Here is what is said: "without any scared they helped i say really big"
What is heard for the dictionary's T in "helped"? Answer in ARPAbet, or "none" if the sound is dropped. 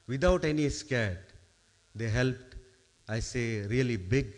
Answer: T